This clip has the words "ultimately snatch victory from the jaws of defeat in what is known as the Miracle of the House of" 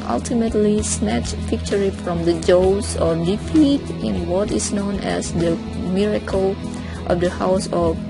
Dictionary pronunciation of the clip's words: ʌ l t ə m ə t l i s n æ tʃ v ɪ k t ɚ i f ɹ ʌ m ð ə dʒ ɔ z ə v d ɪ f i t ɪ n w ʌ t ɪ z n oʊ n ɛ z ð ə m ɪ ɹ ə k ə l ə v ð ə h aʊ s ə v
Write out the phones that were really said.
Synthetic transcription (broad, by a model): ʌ l t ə m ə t l i s n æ tʃ p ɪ k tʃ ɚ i f ɹ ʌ m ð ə dʒ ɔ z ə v d ɪ f i t ɪ n w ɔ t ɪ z n oʊ n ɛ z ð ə m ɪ ɹ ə k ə l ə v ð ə h aʊ s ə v